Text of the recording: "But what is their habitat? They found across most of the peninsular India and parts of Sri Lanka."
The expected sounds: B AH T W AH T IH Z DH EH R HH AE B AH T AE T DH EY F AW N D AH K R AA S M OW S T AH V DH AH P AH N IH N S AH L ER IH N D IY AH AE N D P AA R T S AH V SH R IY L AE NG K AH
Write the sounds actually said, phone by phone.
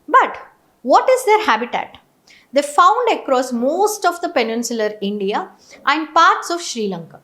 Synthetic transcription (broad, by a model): B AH T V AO T IH Z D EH R HH AE B AH T AE T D EY F AW N D AH K R AA S M OW S T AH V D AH P AH N IH N S AH L ER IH N D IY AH AE N D P AA R T S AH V SH R IY L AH NG K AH